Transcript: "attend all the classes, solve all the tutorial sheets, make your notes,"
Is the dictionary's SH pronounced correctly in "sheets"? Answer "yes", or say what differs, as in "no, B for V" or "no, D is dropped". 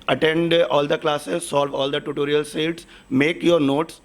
no, S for SH